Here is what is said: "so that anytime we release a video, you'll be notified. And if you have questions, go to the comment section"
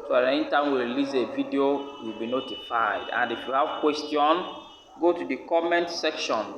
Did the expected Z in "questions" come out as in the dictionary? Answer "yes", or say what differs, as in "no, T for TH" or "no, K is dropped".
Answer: no, Z is dropped